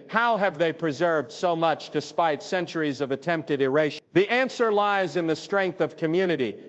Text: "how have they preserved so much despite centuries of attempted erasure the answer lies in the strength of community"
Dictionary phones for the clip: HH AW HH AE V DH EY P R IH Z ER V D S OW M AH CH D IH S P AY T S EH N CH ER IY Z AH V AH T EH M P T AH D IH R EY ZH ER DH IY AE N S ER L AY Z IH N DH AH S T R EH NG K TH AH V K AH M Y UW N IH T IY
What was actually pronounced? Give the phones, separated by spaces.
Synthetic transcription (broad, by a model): HH AW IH V DH EY P R IH Z ER V D S OW M AH CH D IH S P AY T S EH N CH ER IY Z AH V AH T EH M P T AH D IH R EY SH DH IY AE N S ER L AY Z IH N DH AH S T R EH NG K TH AH V K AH M Y UW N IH T IY